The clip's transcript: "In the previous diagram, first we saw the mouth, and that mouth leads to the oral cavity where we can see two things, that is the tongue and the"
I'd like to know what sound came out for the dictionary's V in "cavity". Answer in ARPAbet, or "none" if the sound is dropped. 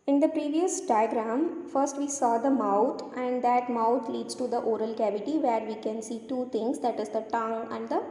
V